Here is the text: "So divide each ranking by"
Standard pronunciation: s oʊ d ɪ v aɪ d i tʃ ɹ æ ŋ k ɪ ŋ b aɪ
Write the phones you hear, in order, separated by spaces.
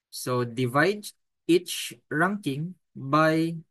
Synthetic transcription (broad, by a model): s oʊ d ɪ v aɪ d i tʃ ɹ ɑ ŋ k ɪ ŋ b aɪ